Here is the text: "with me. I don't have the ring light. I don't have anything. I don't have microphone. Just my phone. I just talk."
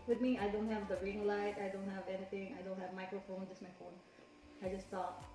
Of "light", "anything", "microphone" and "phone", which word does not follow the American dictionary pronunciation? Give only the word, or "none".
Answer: anything